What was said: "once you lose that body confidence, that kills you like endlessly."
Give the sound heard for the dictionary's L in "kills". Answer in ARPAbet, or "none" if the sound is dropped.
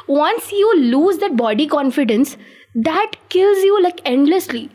L